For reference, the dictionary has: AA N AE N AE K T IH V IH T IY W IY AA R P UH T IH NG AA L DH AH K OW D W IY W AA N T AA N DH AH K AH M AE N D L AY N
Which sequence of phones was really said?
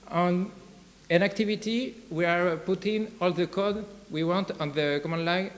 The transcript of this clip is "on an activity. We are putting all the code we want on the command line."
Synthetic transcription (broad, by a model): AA N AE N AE K T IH V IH T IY W IY AA R P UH T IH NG AA L DH AH K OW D W IY W AA N T AA N DH AH K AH M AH N L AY